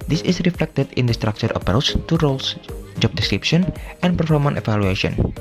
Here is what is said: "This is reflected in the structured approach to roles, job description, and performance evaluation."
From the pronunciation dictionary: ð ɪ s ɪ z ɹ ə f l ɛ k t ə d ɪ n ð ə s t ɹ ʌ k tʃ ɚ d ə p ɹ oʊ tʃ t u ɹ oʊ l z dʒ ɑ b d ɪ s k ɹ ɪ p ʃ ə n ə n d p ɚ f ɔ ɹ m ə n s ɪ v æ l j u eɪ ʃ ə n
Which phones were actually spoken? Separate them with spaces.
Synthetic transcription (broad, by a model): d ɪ s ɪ s ɹ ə f l ɛ k t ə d ɪ n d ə s t ɹ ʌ k tʃ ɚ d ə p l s t u ɹ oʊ l s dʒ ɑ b d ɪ s k ɹ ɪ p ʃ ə n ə n p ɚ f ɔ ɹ m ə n ɪ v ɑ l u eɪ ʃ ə n